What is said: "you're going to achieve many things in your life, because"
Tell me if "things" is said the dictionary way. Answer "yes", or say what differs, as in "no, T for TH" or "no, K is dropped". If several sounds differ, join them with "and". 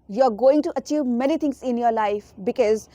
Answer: no, T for TH